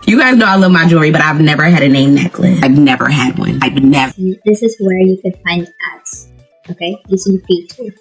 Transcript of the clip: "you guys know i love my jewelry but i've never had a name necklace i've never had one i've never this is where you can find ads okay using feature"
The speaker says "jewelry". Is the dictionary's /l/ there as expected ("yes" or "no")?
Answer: no